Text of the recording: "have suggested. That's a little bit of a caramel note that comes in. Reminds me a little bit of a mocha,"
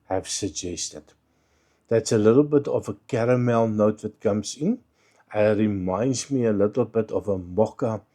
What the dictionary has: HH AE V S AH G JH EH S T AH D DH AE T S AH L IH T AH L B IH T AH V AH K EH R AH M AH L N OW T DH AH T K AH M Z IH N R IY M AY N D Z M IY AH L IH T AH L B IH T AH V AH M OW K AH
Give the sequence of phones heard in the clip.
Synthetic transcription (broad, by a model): HH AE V S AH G JH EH S T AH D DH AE T S AH L IH T AH L B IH T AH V AH K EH R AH M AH L N OW T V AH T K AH M S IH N R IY M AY N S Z M IY AH L IH T AH L B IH T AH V AH M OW K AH